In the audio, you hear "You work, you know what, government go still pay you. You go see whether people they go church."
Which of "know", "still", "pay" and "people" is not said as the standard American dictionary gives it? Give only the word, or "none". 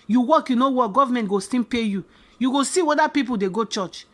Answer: still